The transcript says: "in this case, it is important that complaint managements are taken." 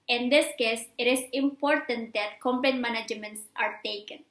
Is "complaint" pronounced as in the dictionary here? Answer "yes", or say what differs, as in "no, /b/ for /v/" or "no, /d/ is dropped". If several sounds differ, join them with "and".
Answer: no, /l/ is dropped